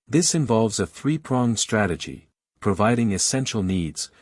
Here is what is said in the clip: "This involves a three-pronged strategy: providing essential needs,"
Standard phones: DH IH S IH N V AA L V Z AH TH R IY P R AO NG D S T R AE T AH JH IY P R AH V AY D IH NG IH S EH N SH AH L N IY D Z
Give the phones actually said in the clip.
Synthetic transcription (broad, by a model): DH IH S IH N V AA L V Z AH TH R IY P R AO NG S T R AE T AH JH IY P R AH V AY D IH NG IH S EH N SH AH L N IY D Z